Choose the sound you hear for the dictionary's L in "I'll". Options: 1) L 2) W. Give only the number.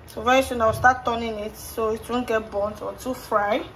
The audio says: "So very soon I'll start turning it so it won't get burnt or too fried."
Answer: 2